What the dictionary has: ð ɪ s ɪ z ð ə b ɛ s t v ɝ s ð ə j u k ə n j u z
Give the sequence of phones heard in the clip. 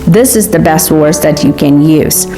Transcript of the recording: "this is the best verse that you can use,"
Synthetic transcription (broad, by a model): ð ɪ s ɪ z ð ə b ɛ s t w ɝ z ð ə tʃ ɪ k ə n j u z